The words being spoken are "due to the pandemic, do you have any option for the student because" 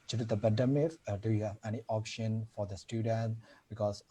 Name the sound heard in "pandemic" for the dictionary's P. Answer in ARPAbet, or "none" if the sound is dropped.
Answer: B